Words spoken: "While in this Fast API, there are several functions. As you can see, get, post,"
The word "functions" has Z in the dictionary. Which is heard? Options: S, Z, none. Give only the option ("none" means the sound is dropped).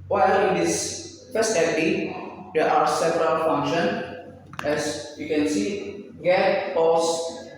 none